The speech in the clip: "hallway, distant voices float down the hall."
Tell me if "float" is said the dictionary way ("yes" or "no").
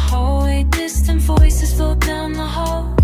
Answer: no